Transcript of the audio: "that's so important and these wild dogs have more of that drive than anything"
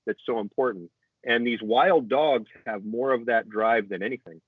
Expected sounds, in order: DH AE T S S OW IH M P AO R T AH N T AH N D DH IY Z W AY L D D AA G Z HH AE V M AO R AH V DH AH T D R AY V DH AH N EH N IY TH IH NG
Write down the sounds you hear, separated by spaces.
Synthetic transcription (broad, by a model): DH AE T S S OW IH M P AO R T N T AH N DH IY Z W AY L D D AA G Z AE V M AO R AH V DH AH T D R AY V DH AH N EH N IY TH IH NG